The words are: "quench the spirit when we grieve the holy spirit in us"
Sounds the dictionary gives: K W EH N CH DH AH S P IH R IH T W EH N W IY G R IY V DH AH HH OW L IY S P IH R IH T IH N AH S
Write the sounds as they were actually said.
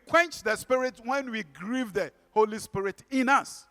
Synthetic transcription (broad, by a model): K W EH N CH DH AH S P IH R IH T W EH N W IY G R IY V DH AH HH OW L IY S P IH R IH T IH N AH S